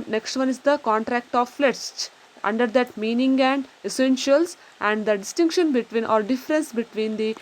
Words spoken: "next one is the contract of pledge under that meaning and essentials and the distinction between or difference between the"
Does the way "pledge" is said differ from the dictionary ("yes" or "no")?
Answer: yes